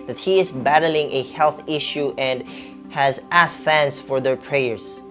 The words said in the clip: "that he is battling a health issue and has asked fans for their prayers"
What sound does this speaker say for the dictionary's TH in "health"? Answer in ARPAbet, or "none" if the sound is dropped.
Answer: TH